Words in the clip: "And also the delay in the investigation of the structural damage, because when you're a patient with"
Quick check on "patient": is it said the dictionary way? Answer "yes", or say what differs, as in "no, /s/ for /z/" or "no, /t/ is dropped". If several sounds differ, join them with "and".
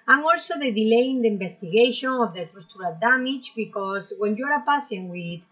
no, /s/ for /ʃ/